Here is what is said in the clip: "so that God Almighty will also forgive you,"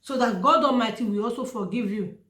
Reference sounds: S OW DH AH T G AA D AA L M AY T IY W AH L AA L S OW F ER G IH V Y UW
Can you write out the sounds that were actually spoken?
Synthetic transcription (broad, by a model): S OW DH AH T G AA D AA M AY T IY W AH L AA L S OW F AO G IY V Y UW